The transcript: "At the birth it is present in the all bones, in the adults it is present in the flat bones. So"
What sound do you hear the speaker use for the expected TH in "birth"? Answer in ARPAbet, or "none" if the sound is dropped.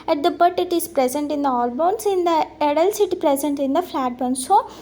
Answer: T